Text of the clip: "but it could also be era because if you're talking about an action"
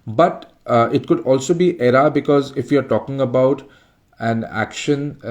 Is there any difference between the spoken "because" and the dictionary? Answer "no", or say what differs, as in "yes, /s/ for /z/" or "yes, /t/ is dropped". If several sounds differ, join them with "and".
no